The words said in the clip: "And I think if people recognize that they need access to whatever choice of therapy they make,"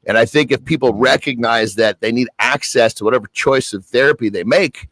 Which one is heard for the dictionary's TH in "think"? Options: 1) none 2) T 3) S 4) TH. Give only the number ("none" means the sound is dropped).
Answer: 4